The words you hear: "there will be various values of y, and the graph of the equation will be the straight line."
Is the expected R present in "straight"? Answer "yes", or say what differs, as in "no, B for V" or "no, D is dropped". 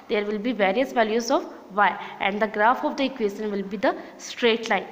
yes